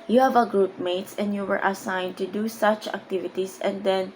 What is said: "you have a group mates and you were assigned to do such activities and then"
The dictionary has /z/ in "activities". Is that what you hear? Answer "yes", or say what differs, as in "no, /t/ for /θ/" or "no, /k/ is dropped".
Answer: no, /s/ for /z/